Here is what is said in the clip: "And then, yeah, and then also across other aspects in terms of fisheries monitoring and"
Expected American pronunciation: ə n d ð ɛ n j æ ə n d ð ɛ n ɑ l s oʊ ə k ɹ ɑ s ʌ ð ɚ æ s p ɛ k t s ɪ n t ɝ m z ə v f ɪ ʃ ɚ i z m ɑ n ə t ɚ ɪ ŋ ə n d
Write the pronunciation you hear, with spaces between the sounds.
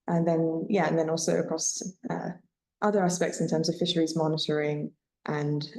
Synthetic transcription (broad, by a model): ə n ð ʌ n j æ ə n ð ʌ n ɑ l s oʊ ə k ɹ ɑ s ʌ ð ɚ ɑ s p ɛ k t s ɪ n t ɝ m z ə v f ɪ ʃ ɚ i z m ɑ n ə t ɚ ɪ ŋ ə n